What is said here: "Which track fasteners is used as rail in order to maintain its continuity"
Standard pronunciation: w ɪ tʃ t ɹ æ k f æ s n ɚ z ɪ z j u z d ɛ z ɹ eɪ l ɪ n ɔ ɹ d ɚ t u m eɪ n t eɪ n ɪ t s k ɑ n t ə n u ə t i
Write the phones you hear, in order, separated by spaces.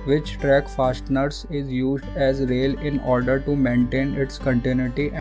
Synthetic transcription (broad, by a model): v ɪ tʃ t ɹ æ k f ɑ s n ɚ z ɪ z j u z d ɛ z ɹ eɪ l ɪ n ɔ ɹ d ɚ t u m eɪ n t eɪ n ɪ t s k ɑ n t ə n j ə t i